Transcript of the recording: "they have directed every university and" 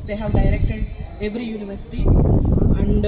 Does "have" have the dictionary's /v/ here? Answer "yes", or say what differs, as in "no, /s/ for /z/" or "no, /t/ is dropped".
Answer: yes